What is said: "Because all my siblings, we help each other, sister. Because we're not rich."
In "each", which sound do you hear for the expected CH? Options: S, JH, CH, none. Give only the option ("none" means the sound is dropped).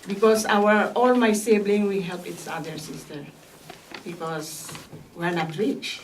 S